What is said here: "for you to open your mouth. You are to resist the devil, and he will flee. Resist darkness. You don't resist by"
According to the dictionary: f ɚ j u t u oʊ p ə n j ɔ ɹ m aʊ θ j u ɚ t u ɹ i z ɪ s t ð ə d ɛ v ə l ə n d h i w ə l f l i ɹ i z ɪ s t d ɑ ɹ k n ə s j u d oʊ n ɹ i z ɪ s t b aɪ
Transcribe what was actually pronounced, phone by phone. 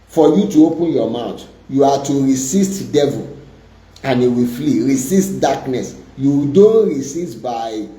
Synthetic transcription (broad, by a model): f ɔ j u t u oʊ p ə n j ɔ m aʊ t j u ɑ t u ɹ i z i s t d ɛ v ə l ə n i w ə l f l i ɹ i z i s t d ɑ k n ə s j u d oʊ n ɹ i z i s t b aɪ